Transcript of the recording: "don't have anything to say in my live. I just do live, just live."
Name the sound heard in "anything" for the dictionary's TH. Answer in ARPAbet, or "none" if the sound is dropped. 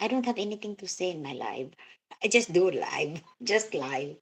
T